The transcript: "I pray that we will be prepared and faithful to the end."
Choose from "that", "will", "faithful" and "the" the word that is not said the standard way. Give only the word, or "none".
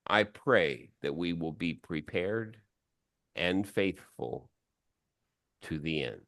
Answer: none